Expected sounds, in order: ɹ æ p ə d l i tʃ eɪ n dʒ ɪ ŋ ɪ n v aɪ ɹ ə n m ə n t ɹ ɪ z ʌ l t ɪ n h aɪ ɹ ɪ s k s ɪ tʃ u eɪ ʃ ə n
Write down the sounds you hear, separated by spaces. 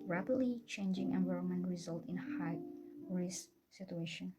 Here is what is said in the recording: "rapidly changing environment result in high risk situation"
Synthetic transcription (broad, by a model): ɹ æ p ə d l i tʃ eɪ n dʒ ɪ ŋ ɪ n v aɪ ɹ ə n m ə n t ɹ ɪ z ʌ l t ɪ n h aɪ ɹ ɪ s s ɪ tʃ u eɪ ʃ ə n